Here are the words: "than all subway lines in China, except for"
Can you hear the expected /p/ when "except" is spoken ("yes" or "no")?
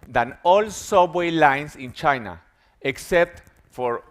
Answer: yes